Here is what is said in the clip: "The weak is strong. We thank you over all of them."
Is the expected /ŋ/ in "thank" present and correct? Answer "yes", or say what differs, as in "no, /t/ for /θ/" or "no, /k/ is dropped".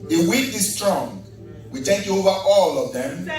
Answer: no, /ŋ/ is dropped